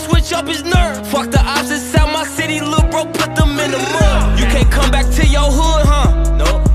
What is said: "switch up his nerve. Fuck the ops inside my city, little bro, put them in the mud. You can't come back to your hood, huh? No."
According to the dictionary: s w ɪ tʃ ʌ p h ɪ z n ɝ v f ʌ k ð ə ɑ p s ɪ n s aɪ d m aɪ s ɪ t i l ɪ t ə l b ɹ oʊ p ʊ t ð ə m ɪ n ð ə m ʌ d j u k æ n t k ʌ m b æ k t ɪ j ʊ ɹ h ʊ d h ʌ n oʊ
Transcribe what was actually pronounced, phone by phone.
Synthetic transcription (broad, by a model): s w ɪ tʃ ʌ p h ɪ z n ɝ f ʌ k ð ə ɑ b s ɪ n s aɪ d m aɪ s ɪ t i l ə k b ɹ oʊ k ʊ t ð ə m ɪ n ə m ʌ j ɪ k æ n k ʌ m b æ k t ɪ j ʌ ɹ h ʊ d h ʌ n oʊ